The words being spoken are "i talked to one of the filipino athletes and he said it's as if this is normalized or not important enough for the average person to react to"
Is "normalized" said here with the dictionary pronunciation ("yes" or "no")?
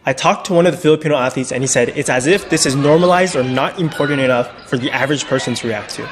yes